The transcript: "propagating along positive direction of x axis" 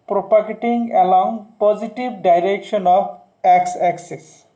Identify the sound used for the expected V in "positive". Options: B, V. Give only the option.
B